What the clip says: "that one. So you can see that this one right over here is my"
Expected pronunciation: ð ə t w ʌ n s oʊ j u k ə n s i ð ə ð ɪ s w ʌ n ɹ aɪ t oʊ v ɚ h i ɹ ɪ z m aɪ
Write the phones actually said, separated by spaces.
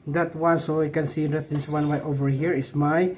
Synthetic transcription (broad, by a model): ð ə t w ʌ n s oʊ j k ə n s i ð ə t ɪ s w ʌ n w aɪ t oʊ v ɚ h i ɹ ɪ s m aɪ